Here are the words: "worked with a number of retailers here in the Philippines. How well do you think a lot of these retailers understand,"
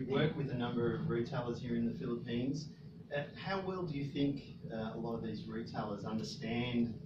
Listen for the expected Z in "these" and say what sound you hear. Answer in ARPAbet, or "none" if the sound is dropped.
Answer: Z